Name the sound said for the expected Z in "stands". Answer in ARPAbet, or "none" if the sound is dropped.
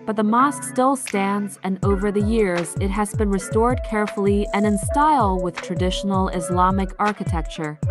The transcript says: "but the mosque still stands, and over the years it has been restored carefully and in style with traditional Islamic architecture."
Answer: Z